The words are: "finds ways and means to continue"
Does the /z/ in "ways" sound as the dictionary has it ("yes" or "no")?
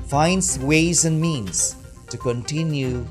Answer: yes